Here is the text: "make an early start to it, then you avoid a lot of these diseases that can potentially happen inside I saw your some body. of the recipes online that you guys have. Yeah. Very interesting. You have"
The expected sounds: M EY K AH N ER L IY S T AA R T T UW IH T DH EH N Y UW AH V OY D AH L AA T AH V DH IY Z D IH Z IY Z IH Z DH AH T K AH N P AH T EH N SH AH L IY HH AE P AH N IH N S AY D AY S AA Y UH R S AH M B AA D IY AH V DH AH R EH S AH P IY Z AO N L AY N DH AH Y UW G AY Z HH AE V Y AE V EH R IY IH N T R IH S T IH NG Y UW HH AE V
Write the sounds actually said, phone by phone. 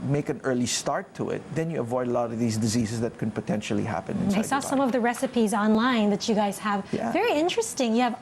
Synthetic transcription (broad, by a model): M EY K AH N ER L IY S T AA R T T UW IH T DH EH N Y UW AH V OY D AH L AA T AH V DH IY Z D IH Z IY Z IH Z DH AH T K AH N P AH T EH N SH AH L IY HH AE P AH N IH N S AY AY S AA S AH M AH V DH AH R EH S AH P IY Z AO N L AY N DH AH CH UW G AY Z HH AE V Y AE V EH R IY IH N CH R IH S T IH NG Y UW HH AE V